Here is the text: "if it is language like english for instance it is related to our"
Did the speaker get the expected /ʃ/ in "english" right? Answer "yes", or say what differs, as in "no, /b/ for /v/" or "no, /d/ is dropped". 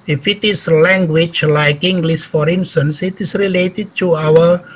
no, /s/ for /ʃ/